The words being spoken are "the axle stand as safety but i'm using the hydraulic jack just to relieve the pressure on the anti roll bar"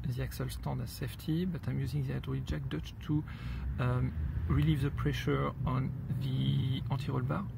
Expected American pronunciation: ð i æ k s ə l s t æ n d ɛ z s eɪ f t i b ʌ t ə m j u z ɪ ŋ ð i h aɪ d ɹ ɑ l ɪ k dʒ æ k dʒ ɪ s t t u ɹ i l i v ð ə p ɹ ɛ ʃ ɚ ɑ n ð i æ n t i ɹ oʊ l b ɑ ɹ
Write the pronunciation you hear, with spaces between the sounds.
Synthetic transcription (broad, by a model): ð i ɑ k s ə l s t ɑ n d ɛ s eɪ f t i b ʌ t ə m j u z ɪ ŋ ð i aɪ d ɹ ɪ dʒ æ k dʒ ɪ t t u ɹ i l i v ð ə p ɹ ɛ ʃ ɚ ɑ n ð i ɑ t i ɹ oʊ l b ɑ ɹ